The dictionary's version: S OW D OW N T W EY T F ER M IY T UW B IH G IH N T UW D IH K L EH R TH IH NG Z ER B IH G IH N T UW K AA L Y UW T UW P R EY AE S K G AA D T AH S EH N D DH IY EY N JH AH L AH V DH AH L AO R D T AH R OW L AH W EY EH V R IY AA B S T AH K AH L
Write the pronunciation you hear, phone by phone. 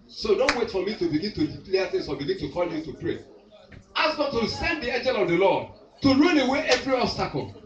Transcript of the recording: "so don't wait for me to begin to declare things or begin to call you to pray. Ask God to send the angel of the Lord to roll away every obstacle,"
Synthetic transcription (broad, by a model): S OW D OW N T W EY T F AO M IY T UW B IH G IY N T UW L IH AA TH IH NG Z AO B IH G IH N T UW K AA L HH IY T UW P R EY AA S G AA T AH S EH N D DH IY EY N JH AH L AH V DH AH L AO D T AH R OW N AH W EY EH V R IY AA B S T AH K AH L